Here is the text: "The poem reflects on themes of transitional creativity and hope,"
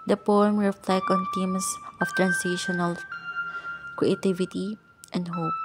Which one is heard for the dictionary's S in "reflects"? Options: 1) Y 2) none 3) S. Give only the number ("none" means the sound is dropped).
2